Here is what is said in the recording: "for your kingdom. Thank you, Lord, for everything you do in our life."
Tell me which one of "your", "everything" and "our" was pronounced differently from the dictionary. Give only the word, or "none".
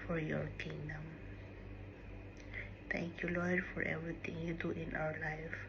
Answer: everything